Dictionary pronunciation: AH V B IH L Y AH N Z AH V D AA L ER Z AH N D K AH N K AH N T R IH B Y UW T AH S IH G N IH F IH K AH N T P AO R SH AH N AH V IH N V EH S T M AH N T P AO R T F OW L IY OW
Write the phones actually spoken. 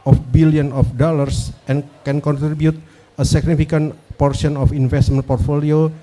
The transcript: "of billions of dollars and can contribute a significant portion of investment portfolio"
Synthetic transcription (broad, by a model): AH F B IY L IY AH N AH F D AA L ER S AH N K AH N K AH N T R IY B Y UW T AH S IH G N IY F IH K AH N P AO R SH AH N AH F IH N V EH S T M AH N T P AO R T F OW L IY OW